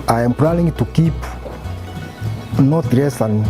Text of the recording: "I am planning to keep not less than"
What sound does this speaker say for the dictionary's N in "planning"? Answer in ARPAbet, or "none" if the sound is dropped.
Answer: L